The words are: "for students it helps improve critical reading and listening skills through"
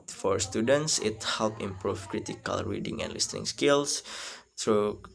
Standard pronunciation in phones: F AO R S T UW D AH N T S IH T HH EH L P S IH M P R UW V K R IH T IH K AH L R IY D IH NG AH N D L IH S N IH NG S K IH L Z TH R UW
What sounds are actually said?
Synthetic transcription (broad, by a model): F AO R S T UW D AH N T S IH T HH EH L P IH M P R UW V K R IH T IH K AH L R IY D IH NG AH N D L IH S N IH NG S K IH L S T R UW